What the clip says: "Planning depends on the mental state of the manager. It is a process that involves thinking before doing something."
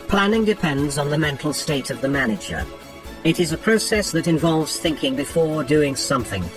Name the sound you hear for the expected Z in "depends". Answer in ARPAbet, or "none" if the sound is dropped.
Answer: Z